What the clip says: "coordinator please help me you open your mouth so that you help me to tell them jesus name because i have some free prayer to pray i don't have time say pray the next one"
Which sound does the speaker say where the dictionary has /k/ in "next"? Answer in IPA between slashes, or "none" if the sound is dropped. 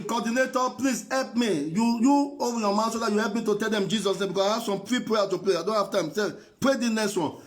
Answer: none